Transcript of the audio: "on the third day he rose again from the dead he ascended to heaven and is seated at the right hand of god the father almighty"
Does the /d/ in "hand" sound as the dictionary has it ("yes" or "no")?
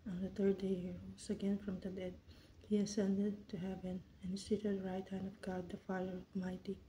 yes